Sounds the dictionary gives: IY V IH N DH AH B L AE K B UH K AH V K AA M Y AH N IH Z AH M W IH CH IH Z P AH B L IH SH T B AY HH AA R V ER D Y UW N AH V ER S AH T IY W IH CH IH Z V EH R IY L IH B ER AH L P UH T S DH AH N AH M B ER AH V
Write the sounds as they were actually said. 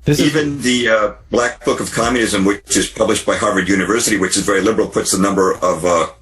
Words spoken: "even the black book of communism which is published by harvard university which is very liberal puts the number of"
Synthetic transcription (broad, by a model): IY V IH N DH AH B L AE K B UH K AH V K AA M Y AH N IH Z AH M W IH CH IH Z P AH B L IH SH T B AY HH AA R V ER D Y UW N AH V ER S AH T IY W IH CH IH Z V EH R IY L IH B ER L P UH T S DH AH N AH M B ER AH V